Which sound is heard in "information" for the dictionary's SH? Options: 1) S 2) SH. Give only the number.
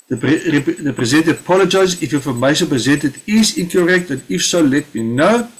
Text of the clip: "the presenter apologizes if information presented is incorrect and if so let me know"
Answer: 1